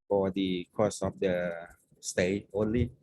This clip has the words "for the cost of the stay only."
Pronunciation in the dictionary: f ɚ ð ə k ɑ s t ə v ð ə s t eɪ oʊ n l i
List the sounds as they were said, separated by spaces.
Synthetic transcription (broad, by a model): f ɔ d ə k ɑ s ə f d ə s t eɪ oʊ n l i